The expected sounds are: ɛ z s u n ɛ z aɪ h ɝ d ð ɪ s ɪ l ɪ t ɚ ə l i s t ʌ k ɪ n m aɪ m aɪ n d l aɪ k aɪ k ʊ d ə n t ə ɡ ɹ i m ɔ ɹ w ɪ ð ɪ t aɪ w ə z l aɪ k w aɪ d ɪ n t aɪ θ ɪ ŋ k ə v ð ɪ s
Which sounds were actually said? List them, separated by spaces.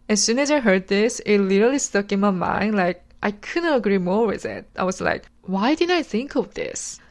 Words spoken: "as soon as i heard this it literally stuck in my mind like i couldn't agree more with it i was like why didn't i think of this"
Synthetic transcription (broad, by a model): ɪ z s u n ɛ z aɪ h ɝ d ð ɪ s ɪ l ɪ t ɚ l i s t ʌ k ɪ n m aɪ m aɪ n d l aɪ k aɪ k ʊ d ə n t ə ɡ ɹ i m ɔ ɹ w ɪ ð ɪ t aɪ w ə z l aɪ k w aɪ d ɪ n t aɪ θ ɪ ŋ k ə v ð ɪ s